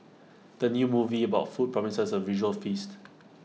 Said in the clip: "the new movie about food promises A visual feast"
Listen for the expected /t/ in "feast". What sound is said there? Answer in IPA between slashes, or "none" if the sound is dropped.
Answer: /t/